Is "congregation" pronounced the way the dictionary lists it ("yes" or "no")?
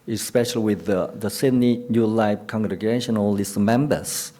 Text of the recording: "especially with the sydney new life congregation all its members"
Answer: yes